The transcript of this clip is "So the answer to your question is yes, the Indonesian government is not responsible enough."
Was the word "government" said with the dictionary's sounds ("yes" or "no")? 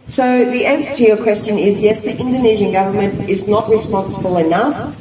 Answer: yes